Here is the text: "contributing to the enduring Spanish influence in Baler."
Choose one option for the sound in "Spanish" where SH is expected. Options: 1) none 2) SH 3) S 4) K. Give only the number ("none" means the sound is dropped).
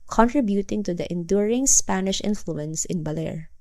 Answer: 2